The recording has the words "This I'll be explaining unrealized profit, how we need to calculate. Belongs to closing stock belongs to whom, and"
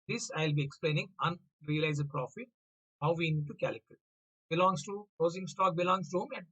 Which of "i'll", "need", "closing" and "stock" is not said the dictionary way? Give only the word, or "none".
closing